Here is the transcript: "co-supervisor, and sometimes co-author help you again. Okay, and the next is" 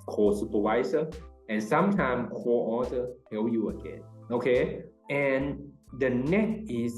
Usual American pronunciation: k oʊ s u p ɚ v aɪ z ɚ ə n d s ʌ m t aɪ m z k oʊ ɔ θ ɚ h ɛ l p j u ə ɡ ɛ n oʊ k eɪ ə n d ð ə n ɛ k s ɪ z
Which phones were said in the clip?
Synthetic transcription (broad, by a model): k oʊ s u p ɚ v aɪ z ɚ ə n s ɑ m t aɪ m k oʊ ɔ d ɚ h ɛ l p j u ə ɡ ɛ n oʊ k eɪ ə n d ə n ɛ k ɪ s